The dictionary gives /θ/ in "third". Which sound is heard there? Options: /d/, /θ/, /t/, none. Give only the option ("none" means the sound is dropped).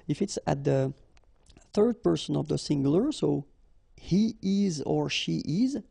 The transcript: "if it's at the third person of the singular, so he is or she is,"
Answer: /θ/